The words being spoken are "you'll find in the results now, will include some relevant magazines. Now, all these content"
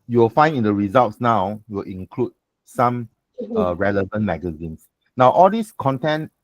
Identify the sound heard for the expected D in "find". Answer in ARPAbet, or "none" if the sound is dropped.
none